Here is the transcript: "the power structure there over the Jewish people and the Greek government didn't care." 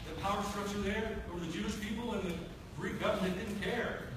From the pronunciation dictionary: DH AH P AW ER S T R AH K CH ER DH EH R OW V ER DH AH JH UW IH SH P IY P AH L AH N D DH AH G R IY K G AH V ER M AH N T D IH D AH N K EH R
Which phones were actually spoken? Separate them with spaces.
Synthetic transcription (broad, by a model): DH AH P AW ER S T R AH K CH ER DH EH R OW ER DH AH JH UW IH SH P IY P L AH N DH AH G R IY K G AH V ER M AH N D IH D N K EH R